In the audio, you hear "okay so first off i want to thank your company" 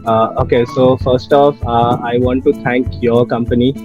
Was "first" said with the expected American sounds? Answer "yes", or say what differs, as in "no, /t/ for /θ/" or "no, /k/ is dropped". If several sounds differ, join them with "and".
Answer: yes